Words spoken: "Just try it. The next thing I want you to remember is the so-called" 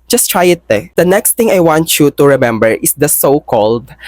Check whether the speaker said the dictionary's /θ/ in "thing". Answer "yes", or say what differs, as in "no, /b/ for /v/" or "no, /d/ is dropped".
no, /t/ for /θ/